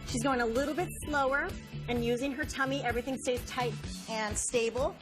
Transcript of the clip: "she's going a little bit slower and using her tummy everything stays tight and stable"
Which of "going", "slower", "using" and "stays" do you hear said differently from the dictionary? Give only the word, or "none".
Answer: none